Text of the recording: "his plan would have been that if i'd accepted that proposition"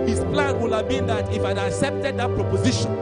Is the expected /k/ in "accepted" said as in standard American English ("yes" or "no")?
yes